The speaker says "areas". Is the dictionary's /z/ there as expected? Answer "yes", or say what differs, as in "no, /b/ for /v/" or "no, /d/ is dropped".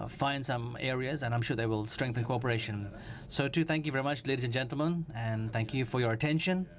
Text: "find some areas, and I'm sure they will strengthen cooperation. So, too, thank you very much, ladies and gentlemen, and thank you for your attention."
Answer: yes